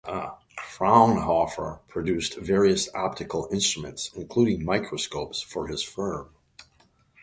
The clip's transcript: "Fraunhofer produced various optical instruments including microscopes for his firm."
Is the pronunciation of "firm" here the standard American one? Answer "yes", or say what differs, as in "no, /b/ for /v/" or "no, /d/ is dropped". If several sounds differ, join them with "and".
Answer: yes